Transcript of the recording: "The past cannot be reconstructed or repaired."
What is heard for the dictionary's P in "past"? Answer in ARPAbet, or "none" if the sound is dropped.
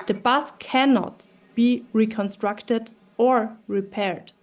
B